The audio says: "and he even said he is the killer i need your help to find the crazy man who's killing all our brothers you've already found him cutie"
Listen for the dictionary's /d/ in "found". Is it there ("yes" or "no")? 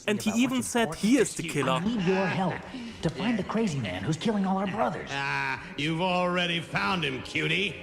yes